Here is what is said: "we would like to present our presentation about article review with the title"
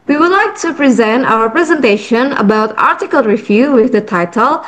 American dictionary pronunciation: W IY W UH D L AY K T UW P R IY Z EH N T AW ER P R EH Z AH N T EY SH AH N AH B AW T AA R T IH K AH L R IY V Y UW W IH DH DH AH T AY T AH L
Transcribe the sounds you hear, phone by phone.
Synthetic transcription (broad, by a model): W IY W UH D L AY K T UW P R IY Z EH N T AW ER P R EH Z AH N T EY SH AH N AH B AW T AA R T IH K AH L R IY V Y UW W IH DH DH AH T AY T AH L